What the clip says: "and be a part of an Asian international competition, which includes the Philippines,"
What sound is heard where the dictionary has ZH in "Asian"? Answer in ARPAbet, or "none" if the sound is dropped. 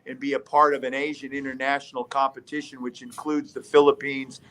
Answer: ZH